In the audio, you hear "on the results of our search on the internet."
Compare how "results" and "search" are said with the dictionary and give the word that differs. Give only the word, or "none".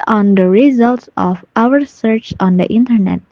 none